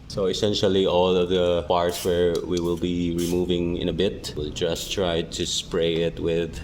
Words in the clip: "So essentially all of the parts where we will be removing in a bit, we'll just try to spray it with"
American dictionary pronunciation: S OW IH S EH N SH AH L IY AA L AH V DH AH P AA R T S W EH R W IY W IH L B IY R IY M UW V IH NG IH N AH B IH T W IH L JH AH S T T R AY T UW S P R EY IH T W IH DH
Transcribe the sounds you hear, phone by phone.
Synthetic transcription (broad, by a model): S OW IH S EH N SH AH L IY AA L AH V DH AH P AA R T S W EH R W IY W IH L B IY R IY M UW V IH NG IH N AH B IH T W IH L JH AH S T T R AY T UW S P R EY IH T W IH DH